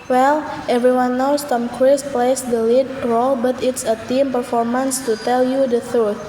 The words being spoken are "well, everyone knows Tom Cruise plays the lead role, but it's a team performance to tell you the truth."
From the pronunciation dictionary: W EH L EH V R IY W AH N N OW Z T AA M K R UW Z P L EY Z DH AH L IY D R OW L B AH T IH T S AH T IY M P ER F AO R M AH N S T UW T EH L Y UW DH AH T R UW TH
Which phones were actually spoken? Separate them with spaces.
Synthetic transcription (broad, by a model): W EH L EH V R IY W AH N N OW S T AA M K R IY S P L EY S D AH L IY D R OW L B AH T IH T S AH T IY M P ER F AO R M AH N S T UW T EH L Y UW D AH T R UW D